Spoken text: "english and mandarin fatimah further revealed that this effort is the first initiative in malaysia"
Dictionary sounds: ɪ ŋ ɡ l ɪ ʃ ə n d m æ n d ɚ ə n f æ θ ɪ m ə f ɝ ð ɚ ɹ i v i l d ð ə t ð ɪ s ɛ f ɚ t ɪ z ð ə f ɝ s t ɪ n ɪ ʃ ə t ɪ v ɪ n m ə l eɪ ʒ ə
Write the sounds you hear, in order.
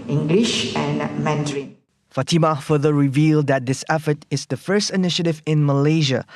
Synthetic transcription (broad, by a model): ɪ ŋ ɡ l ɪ ʃ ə n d m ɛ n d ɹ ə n f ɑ t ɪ m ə f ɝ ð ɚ ɹ i v i l d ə t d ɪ s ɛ f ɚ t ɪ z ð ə f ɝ s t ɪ n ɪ ʃ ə t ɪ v ɪ n m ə l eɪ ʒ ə